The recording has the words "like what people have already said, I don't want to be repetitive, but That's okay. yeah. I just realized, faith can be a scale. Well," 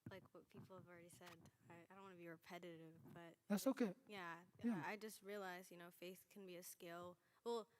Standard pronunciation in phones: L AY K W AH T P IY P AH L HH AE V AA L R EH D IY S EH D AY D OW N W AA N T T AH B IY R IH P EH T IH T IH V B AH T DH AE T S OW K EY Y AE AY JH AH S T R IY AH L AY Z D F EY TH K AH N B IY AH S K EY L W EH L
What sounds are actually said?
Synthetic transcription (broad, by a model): L AY K W AH T P IY P L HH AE V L R EH D IY S EH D AY D OW N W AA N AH B IY R IH P EH T IH T IH V B AH T DH AE T S OW K EY Y AE AY JH AH S T R IY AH L AY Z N F EY TH K N B IY AH S K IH L W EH L